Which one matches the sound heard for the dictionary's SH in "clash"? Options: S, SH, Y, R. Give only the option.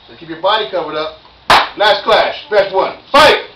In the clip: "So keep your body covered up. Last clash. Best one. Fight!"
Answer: SH